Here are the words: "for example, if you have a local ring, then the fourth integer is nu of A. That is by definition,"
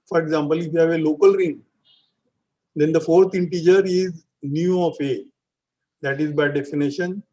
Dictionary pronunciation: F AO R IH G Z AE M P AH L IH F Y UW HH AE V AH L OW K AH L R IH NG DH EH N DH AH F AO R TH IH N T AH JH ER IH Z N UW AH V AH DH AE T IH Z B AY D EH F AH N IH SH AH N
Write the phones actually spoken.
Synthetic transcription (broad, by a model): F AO R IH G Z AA M P AH L IH F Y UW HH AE V AH L OW K AH L R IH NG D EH N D AH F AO R T IH N T AH JH ER IH Z N UW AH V AH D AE T IH Z B AY D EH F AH N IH SH AH N